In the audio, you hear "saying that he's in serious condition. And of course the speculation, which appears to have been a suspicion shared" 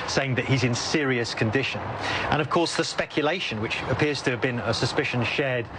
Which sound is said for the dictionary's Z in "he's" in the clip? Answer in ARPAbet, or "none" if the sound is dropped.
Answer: Z